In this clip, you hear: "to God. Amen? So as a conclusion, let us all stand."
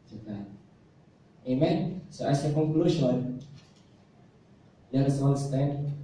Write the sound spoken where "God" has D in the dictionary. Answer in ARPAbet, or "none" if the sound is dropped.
none